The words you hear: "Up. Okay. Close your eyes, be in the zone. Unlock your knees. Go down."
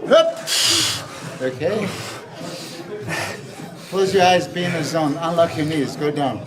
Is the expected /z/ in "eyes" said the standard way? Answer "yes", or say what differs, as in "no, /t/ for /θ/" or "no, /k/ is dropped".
yes